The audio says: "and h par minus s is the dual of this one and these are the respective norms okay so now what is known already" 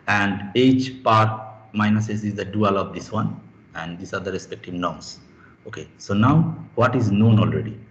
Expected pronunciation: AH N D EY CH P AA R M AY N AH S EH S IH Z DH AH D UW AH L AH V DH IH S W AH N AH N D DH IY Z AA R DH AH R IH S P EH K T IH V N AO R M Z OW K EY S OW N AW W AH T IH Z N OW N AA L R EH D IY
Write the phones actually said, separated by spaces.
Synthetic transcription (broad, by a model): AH N D EY CH P AA R M AY N AH S EH S IH Z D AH D UW AH L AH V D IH S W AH N AH N D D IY S AA R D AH R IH S P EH K T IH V N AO R M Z OW K EY S OW N AW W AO T IH Z N OW N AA L R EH D IY